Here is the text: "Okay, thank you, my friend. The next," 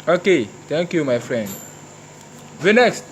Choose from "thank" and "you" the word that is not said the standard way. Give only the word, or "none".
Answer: thank